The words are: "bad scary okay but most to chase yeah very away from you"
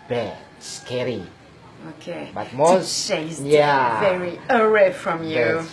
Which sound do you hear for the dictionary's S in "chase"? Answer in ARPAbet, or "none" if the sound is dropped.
none